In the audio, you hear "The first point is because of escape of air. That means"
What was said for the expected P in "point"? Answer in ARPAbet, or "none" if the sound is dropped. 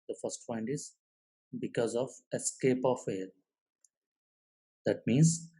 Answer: F